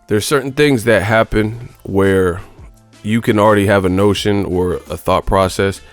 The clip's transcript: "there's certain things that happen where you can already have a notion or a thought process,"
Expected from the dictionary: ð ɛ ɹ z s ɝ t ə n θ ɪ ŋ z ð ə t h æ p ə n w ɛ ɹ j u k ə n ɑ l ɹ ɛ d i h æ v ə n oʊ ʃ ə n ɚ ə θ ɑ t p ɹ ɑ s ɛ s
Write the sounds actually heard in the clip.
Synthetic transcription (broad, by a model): ð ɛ ɹ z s ɝ t n θ ɪ ŋ z ð ə t h æ p ə n w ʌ ɹ j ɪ k ə n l ɹ ɛ d i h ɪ v ə n oʊ ʃ ə n ɚ ə θ ɑ t p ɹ ɑ s ɛ s